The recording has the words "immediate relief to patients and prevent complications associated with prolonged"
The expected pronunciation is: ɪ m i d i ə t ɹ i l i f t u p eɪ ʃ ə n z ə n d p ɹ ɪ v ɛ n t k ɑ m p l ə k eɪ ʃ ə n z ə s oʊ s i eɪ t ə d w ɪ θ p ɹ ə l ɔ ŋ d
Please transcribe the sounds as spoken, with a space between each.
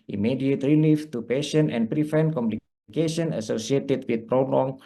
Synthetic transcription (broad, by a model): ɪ m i d i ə t ɹ i l i f t u p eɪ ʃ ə n ə n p ɹ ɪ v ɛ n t k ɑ m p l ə k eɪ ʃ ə n ə s oʊ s i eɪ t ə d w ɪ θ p ɹ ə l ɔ ŋ